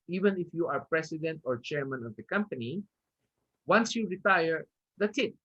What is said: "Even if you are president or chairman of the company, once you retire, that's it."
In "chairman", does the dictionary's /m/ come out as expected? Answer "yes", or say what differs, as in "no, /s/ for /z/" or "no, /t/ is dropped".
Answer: yes